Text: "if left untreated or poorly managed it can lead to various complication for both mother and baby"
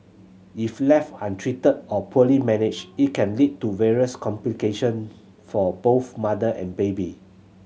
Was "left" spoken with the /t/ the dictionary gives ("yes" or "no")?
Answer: no